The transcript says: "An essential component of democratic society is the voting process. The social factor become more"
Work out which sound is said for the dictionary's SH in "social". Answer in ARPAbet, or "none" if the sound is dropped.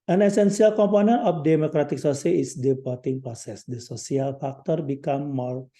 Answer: S